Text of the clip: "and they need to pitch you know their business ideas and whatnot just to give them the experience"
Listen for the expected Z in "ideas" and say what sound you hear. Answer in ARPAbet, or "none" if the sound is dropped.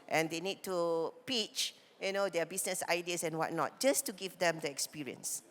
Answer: S